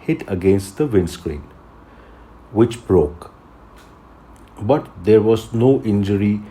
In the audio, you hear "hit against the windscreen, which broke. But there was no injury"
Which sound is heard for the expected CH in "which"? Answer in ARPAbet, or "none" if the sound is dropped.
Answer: CH